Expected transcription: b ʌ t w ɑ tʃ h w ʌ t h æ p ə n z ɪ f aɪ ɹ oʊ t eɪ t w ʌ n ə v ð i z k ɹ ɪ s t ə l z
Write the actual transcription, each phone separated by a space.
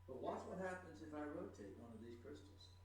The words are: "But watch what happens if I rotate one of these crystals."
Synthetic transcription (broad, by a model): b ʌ t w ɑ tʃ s w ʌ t h æ p ə n z ɪ f aɪ ɹ oʊ t eɪ t w ʌ n ə v ð i z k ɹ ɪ s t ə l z